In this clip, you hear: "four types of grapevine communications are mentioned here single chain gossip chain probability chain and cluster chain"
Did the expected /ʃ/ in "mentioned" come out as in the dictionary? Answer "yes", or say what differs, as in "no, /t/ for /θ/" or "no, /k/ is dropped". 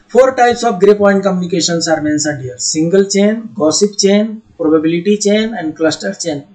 no, /s/ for /ʃ/